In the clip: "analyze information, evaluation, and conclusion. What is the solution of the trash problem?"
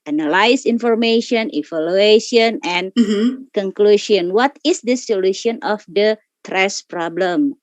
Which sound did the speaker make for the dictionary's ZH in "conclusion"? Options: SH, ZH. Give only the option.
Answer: SH